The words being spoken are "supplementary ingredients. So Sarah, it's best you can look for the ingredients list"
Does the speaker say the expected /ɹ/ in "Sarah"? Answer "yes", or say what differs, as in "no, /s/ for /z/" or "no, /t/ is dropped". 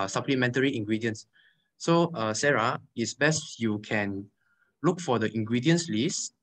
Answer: yes